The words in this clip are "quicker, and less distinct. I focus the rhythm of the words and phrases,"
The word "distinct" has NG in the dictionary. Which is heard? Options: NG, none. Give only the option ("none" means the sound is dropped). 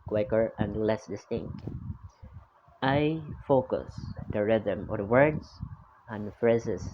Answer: NG